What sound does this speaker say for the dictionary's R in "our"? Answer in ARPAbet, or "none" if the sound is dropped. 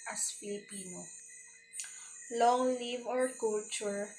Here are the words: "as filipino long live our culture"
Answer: R